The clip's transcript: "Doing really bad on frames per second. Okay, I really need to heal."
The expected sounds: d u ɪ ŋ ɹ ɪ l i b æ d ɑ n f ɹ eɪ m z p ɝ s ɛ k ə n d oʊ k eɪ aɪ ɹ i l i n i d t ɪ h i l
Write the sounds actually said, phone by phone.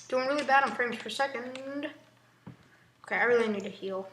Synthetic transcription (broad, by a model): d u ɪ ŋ ɹ ɪ l i b æ d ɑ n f ɹ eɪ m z f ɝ s ɛ k ə n d oʊ k eɪ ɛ ɹ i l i n i d t ɪ h i l